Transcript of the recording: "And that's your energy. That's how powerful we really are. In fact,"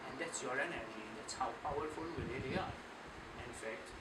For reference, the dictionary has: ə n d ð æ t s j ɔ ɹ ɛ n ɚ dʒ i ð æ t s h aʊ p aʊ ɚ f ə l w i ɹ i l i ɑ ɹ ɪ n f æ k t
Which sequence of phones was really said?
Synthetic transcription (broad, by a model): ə n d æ t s j ɔ ɹ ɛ n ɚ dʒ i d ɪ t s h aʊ p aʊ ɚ f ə l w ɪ l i l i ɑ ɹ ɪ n f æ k t